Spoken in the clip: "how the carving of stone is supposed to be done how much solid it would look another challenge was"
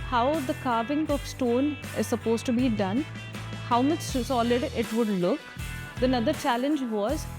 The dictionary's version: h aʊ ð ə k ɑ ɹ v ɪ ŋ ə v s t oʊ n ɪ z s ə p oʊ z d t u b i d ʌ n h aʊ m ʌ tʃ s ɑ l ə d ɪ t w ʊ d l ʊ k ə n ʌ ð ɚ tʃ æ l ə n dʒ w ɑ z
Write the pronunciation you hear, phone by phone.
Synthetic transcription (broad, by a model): h aʊ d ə k ɑ ɹ v ɪ ŋ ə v s t oʊ n ɪ z s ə p oʊ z t u b i d ʌ n h aʊ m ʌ s s ɑ l ə d ɪ t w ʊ d l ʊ k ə n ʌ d ɚ tʃ æ l ə n dʒ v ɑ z